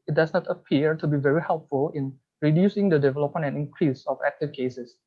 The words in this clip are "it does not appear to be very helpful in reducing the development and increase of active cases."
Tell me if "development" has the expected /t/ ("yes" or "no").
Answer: no